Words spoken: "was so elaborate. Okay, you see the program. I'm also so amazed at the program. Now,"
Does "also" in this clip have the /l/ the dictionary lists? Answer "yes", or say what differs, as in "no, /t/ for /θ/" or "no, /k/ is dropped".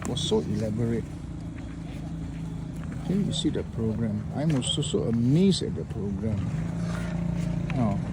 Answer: no, /l/ is dropped